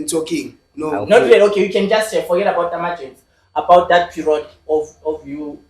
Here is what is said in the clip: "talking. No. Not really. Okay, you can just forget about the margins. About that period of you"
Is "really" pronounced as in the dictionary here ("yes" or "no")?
no